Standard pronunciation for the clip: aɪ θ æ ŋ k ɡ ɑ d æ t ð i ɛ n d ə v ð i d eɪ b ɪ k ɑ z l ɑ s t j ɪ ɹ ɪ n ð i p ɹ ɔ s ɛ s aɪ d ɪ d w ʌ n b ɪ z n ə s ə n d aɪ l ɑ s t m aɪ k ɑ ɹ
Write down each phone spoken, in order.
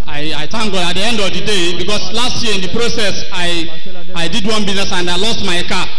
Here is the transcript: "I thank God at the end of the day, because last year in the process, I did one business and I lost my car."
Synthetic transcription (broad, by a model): aɪ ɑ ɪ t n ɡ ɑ ɑ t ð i ɛ n d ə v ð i d eɪ b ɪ k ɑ s l ɑ s t j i ɪ n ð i p ɹ ɔ s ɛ s aɪ d ɪ d w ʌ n b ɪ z n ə s ə n d aɪ l ɑ s t m aɪ k ɑ